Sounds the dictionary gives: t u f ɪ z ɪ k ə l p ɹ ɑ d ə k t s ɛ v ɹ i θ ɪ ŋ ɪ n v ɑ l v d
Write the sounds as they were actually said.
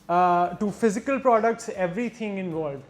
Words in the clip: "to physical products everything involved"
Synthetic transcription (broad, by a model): t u f ɪ z ɪ k ə l p ɹ ɑ d ə k t s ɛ v ɹ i t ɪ ŋ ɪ n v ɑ l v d